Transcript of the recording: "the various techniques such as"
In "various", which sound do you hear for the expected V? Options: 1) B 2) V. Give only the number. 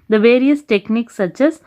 2